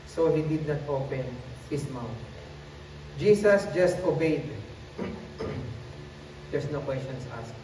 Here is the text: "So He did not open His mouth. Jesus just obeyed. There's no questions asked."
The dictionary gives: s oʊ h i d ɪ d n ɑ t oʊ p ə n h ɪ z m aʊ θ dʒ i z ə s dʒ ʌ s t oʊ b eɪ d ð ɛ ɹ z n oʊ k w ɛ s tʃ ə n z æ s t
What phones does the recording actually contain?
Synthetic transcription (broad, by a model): s oʊ h i d ɪ d n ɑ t oʊ p ə n h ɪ s m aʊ t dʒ i s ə s dʒ ʌ s t oʊ b eɪ d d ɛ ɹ s n oʊ k w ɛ s tʃ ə n s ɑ s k